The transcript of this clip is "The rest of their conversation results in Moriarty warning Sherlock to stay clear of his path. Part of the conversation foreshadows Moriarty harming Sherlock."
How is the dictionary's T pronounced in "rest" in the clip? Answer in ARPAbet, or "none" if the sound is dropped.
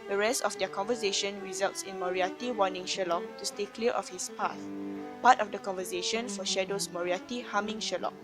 T